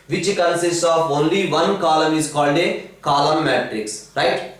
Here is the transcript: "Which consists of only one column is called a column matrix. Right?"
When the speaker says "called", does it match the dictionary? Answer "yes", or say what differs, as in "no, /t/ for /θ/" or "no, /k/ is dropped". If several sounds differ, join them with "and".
yes